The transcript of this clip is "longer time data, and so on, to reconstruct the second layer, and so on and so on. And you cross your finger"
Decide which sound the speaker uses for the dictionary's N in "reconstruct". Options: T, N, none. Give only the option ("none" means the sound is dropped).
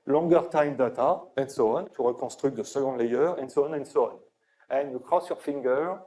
none